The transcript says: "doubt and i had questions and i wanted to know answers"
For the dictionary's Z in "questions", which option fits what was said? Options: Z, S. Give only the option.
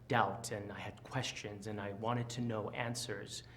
Z